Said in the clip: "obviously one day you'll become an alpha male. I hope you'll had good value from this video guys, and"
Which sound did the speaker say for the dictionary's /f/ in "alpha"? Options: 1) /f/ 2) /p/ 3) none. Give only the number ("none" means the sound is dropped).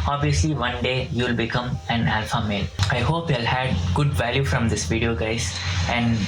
1